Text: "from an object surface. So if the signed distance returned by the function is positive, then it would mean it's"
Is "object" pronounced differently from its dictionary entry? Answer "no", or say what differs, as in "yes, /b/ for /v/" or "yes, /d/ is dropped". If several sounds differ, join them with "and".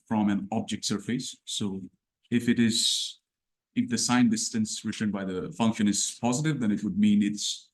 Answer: no